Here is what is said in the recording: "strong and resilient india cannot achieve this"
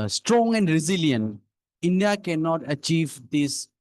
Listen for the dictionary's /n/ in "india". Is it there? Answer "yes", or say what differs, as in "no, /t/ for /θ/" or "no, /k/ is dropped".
yes